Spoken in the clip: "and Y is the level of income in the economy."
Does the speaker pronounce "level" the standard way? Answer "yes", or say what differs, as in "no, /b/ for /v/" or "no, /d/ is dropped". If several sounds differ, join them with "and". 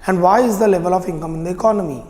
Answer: yes